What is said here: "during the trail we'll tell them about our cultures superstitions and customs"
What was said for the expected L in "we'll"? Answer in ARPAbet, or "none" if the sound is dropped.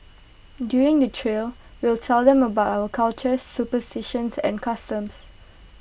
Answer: L